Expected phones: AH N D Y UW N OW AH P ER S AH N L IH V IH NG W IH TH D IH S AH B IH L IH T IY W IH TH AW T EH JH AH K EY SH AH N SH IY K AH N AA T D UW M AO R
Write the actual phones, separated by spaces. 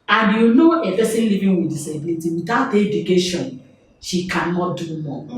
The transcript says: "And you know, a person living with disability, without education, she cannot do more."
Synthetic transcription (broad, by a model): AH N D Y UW N OW AH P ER S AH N L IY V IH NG W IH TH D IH S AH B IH L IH T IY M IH T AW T EH JH AH K EY SH AH N SH IY K AH N AA T D UW M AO